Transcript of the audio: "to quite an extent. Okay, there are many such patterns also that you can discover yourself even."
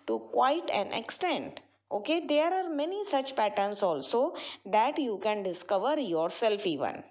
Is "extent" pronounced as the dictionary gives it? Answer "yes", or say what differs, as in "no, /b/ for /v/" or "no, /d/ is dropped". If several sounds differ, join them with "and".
yes